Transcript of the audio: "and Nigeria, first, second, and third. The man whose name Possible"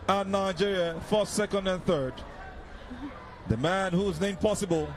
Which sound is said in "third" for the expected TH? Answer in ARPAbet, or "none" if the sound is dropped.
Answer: TH